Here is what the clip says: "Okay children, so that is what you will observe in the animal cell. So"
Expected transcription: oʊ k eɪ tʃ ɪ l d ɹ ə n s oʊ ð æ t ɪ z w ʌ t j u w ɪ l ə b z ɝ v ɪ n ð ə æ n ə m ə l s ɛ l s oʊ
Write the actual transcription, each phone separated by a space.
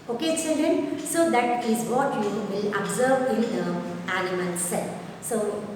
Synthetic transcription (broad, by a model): oʊ k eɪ s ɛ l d ə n s oʊ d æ t ɪ z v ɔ t j u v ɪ l ə b z ɝ v ɪ n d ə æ l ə m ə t s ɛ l s oʊ